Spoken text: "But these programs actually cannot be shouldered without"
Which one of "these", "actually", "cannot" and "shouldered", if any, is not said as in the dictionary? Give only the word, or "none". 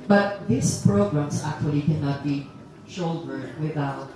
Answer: these